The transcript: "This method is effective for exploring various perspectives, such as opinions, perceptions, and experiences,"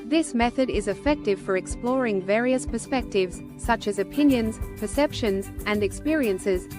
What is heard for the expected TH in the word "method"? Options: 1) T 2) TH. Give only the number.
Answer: 2